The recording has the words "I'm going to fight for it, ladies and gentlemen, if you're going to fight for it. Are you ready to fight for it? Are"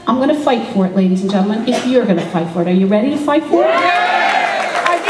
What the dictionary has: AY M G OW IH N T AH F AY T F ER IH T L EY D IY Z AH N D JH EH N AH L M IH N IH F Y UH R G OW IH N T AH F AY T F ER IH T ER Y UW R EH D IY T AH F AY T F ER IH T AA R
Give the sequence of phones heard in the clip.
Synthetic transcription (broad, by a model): AY M G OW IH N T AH F AY T F ER IH T L EY D IY Z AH N JH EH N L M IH N IH F Y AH R G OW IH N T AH F AY T F ER IH T ER Y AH R EH D IY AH F AY T F ER IH T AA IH